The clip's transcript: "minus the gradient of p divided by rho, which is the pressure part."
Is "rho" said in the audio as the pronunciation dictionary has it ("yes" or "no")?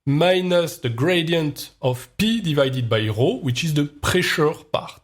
yes